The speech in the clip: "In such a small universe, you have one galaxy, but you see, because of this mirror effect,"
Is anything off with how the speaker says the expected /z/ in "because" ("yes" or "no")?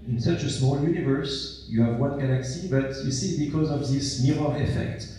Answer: no